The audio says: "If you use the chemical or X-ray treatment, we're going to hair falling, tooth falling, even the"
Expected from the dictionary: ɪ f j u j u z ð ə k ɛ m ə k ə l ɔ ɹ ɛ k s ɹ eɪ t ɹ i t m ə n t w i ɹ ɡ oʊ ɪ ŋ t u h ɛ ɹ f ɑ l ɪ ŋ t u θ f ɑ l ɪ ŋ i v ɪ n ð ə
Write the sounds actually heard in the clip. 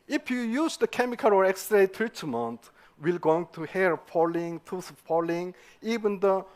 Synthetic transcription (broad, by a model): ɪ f j u j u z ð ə k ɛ m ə k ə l ɔ ɹ ɛ k s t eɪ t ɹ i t m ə n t w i l ɡ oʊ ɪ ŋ t u h ɛ ɹ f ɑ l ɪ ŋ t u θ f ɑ l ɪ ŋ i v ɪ n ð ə